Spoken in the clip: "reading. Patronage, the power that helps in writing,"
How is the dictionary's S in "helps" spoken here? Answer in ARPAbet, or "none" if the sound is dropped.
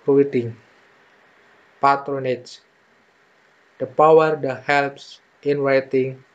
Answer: S